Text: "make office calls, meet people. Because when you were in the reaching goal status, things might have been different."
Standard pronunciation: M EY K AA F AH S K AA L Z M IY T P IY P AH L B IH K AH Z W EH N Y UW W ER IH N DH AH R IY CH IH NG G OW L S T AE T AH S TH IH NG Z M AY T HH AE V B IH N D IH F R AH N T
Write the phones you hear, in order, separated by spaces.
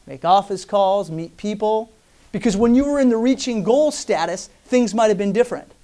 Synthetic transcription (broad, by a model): M EY K AA F AH S K AA L Z M IY T P IY P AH L B IH K AH Z W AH N Y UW W ER IH N DH AH R IY CH IH NG G OW L S T AE T AH S TH IH NG Z M AY T HH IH V B IH N D IH F R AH N T